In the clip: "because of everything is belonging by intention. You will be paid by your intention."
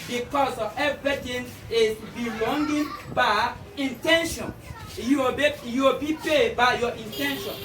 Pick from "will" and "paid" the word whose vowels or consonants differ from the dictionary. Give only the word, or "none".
will